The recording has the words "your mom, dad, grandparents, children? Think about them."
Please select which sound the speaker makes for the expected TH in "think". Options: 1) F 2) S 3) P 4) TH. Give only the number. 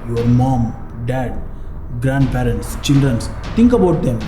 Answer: 2